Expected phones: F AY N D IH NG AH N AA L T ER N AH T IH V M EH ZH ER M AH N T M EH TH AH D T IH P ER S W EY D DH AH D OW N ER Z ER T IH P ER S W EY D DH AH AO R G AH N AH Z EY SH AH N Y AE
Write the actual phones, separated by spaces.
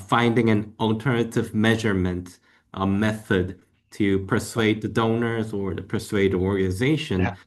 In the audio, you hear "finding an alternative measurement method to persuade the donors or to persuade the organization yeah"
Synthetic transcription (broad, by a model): F AY N D IH NG AH N AA L T ER N AH T IH V M EH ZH ER M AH N T M EH TH AH D T IH P ER S W EY D DH AH D OW N ER Z ER T IH P ER S W EY D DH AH AO R G AH N AH Z EY SH AH N